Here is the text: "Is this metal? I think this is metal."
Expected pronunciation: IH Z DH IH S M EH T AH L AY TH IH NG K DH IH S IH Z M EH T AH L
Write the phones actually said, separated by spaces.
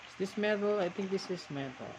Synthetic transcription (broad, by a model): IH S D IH S M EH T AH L AY T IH NG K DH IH S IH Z M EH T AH L